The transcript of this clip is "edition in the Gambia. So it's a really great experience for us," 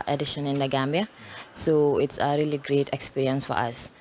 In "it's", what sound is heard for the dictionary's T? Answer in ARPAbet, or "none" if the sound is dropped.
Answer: T